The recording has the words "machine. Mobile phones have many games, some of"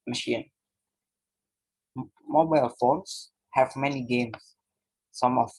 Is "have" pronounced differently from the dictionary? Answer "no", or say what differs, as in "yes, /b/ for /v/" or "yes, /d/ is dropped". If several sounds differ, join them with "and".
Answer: no